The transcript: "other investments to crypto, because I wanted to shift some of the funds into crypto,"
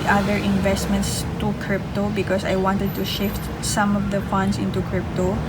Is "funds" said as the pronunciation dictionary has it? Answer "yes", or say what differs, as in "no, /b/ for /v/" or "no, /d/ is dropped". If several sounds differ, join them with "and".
no, /s/ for /z/